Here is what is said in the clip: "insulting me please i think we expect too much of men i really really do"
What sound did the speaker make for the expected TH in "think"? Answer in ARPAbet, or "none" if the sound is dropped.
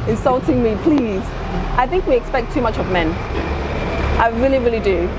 TH